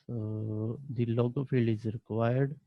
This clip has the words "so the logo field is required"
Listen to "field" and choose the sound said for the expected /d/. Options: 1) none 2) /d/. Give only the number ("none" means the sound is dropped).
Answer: 1